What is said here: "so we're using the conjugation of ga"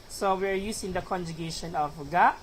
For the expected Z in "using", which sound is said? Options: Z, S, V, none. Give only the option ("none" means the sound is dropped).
S